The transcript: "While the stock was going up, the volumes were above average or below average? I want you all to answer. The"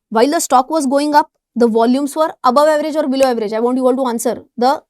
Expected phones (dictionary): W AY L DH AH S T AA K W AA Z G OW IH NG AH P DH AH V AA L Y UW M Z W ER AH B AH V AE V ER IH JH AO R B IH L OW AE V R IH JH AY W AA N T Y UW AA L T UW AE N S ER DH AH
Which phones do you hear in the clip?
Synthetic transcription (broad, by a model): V AY L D AH S T AA K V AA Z G OW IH NG AH P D AH V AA L Y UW M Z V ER AH B AH V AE V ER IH JH AO R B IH L OW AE V R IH JH AY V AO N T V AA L T UW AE N S ER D AH